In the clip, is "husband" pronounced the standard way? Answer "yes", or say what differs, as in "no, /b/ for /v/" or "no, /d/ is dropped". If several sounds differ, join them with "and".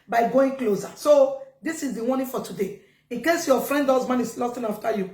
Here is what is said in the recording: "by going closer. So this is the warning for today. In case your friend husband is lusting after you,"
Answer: no, /d/ is dropped